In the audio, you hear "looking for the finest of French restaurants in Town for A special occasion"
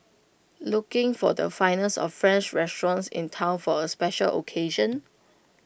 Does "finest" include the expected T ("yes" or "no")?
no